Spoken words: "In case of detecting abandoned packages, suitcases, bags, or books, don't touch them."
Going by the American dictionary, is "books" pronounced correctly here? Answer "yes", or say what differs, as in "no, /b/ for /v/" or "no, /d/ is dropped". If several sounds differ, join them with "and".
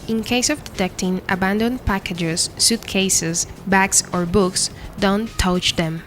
yes